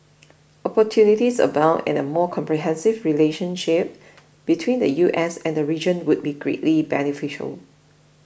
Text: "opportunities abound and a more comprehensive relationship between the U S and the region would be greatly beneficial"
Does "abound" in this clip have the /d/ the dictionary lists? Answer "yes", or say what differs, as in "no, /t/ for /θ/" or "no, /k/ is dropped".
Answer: no, /d/ is dropped